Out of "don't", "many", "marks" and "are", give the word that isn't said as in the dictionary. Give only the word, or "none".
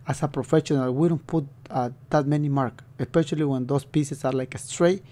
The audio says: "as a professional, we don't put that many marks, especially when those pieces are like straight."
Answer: marks